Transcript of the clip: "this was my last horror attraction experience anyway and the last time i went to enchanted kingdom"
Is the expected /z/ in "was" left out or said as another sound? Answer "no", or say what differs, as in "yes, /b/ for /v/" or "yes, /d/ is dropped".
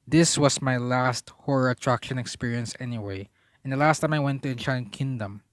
yes, /s/ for /z/